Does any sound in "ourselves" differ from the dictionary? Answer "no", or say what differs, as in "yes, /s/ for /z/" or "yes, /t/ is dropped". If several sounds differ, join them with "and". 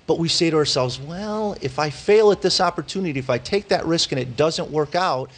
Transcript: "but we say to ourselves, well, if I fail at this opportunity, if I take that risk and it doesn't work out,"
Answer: no